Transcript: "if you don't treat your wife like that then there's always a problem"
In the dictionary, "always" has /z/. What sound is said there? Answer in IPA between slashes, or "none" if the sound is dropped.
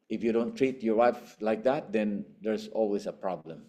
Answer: /s/